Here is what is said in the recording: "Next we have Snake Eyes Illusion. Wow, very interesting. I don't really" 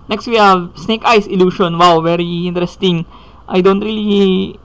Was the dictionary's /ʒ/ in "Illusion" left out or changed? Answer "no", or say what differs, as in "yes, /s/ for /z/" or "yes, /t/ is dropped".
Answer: yes, /ʃ/ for /ʒ/